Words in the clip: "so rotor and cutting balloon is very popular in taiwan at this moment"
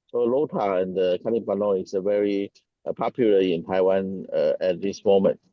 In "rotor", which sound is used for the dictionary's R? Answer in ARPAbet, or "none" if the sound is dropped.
L